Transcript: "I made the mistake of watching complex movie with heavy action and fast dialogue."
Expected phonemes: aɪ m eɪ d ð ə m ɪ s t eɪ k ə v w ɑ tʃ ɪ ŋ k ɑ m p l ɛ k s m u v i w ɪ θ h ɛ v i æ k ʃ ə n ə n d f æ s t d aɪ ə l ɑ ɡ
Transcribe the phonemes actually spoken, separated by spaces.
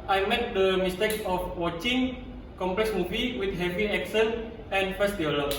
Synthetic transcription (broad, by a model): aɪ m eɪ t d ə m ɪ s t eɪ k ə f w ɑ tʃ ɪ ŋ k ɑ m p l ɛ k s m u v i w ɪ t h ɛ v i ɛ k s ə n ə n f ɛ s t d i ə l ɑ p